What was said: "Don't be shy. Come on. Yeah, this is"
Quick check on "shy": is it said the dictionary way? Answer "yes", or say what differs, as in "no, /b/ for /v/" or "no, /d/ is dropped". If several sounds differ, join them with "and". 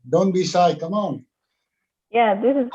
no, /s/ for /ʃ/